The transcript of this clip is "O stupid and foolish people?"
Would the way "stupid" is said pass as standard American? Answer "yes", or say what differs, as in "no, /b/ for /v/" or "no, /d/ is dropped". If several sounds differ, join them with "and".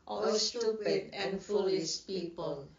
no, /p/ is dropped